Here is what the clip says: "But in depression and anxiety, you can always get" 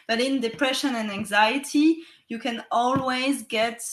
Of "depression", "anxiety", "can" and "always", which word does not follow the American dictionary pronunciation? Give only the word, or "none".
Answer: none